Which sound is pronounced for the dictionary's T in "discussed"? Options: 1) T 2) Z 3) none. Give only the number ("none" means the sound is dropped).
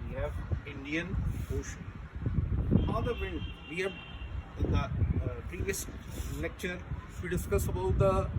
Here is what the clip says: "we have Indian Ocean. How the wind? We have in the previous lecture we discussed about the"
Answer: 3